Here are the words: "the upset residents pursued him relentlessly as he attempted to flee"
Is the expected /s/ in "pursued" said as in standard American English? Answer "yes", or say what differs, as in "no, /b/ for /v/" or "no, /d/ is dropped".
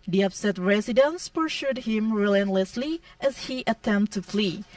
no, /ʃ/ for /s/